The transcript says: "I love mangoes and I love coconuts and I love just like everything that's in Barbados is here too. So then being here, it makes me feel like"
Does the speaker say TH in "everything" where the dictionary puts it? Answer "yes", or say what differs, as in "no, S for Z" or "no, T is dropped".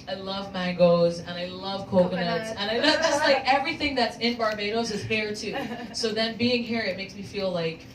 yes